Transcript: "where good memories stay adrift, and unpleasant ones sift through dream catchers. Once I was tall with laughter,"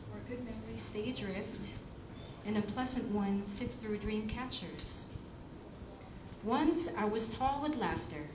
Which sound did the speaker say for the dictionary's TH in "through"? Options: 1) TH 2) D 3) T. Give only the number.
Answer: 1